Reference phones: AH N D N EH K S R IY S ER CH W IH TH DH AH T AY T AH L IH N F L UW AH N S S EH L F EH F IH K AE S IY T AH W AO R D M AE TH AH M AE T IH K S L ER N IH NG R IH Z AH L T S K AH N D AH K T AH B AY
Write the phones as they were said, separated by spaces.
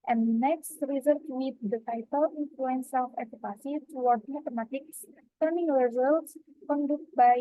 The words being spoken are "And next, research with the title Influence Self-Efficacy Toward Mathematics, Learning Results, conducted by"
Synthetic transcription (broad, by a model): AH N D N EH K S R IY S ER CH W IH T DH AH T AY T AH L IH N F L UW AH N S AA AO F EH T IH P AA S IY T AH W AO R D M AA T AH M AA T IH K S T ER N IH NG R IH Z AH L T S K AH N D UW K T B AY